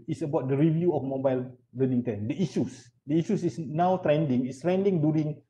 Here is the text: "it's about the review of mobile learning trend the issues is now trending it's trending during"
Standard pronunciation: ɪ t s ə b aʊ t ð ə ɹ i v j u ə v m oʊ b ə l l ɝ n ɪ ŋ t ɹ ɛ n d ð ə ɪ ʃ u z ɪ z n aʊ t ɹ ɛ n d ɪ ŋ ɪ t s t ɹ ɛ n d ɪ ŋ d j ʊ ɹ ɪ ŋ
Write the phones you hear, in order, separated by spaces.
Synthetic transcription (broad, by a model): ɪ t s ə b aʊ t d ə ɹ i v j u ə f m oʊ b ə l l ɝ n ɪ ŋ t ɛ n d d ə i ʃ u s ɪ s n aʊ t ɹ ɛ n d ɪ ŋ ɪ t s t ɹ ɛ n d ɪ ŋ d j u ɹ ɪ ŋ